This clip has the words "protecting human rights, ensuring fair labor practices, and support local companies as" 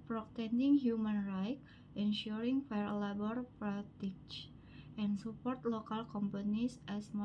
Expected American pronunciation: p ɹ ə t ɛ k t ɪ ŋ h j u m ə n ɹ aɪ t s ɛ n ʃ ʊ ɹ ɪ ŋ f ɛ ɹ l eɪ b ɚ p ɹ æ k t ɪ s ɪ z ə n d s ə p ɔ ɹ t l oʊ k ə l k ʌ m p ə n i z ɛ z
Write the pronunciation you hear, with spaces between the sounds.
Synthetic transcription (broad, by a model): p ɹ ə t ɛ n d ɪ ŋ h j u m ə n ɹ aɪ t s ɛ n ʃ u ɹ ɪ ŋ f ɛ ɹ l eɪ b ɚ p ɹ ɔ t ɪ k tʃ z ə n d s ə p ɔ ɹ t l oʊ k ə l k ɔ m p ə n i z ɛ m